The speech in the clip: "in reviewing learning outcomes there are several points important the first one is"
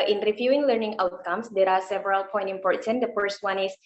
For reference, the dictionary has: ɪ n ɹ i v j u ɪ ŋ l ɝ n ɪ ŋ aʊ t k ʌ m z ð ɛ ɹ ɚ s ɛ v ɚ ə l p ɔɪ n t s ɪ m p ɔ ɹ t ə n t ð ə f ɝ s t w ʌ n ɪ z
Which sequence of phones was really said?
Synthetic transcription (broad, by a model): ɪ n ɹ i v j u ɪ ŋ l ɝ n ɪ ŋ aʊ t k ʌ m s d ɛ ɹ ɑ s ɛ v ɚ ə l p ɔɪ n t ɪ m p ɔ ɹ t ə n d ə f ɝ s t w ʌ n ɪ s